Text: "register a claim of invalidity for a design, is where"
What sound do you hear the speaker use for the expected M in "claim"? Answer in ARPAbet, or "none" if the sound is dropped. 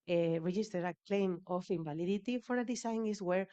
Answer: M